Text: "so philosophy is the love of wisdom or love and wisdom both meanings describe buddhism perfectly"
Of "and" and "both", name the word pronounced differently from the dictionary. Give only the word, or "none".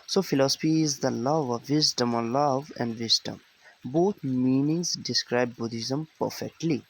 both